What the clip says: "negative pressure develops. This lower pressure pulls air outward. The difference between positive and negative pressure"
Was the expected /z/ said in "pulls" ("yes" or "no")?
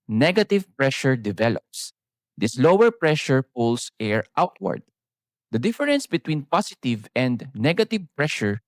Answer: no